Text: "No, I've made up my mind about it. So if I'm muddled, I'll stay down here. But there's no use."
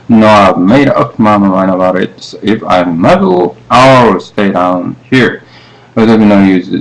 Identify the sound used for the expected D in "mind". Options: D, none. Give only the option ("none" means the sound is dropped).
none